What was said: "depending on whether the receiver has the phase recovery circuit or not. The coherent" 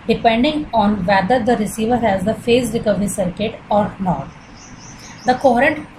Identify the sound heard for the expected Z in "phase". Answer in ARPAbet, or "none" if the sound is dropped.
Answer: S